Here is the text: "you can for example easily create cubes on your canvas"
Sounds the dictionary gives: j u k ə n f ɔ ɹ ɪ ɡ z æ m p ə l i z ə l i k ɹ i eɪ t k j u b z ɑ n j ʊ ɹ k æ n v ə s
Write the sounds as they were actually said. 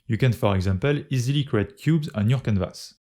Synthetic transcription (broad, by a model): j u k ə n f ɔ ɹ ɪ ɡ z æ m p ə l i z ə l i k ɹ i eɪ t k j u b z ɑ n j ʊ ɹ k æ n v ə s